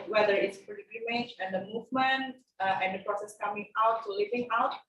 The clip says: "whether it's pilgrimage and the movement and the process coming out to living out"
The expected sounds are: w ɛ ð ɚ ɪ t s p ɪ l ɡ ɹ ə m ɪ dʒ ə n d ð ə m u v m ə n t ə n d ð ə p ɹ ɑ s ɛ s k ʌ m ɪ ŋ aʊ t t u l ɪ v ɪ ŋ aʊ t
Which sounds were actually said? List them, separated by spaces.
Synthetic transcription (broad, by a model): w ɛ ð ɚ ɪ t s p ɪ ɡ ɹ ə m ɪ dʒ ə n d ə m u v m ə n t ə n d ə p ɹ ɑ s ɛ s k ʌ m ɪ ŋ aʊ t t u l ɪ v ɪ ŋ aʊ t